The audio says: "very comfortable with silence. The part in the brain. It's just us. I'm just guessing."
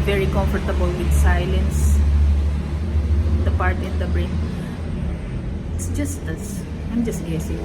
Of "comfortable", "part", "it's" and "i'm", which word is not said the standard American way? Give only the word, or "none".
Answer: none